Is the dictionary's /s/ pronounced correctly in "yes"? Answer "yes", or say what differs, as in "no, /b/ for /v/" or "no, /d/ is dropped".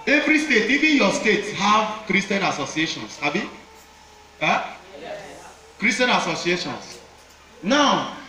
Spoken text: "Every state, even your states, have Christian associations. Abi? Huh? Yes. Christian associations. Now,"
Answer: no, /s/ is dropped